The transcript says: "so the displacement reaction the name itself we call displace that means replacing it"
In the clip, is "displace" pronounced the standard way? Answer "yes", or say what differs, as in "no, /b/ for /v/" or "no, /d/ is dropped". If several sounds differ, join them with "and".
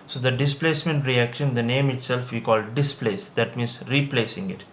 yes